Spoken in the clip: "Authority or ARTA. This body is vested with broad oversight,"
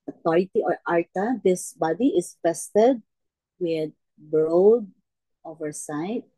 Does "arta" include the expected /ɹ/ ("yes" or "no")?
yes